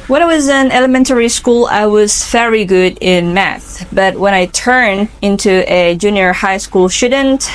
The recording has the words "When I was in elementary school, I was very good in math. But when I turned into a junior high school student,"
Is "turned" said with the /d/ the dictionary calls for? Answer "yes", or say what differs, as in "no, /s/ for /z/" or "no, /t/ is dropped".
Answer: no, /d/ is dropped